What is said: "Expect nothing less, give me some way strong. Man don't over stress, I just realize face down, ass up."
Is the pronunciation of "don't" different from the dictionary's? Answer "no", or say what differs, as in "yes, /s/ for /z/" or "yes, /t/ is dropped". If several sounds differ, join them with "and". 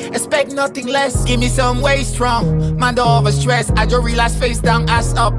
yes, /l/ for /n/